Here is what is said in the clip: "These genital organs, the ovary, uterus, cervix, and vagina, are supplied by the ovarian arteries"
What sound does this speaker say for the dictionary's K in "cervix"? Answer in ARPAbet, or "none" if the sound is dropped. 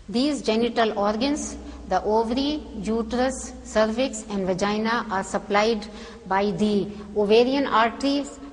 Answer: K